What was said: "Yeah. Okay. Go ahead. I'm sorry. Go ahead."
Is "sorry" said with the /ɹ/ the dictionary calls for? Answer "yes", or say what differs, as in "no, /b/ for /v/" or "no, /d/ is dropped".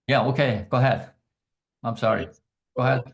yes